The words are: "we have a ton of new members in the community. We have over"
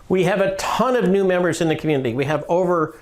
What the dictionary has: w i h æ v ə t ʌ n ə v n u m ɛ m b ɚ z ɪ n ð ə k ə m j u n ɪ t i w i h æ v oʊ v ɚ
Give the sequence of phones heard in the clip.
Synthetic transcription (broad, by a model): w i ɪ v ə t ʌ n ə v n u m ɛ m b ɚ z ɪ n ð ə k m j u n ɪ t i w i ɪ v oʊ v ɚ